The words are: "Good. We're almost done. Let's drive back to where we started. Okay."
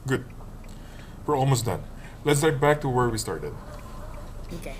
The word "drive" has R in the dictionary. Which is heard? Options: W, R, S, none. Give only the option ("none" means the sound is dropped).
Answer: none